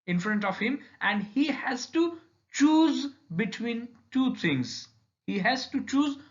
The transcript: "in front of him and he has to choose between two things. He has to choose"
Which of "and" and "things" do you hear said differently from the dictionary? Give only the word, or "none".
things